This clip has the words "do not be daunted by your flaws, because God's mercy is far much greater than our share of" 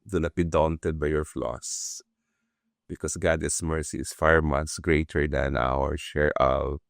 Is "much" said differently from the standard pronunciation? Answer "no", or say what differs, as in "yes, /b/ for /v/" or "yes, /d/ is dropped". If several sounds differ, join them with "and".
yes, /s/ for /tʃ/